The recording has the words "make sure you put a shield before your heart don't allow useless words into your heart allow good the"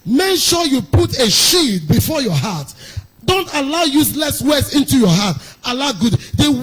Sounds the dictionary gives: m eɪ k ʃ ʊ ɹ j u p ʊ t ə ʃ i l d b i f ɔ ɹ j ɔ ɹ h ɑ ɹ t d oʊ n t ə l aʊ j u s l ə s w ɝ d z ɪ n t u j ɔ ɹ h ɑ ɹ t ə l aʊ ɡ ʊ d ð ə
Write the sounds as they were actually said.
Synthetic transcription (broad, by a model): m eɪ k ʃ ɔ j u p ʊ t ə ʃ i d b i f ɔ j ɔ h ɑ t d oʊ n t ə l aʊ j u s l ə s w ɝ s ɪ n t u j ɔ h ɑ t ə l aʊ ɡ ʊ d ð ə